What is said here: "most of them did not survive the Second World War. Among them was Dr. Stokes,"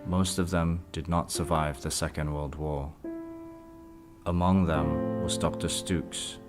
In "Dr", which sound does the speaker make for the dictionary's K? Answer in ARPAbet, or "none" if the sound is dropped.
K